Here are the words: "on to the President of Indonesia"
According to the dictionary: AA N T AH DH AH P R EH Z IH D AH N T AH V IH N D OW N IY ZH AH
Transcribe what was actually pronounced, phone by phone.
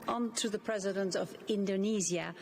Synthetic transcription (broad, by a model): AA N T AH DH AH P R EH Z IH D AH N T AH V IH N D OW N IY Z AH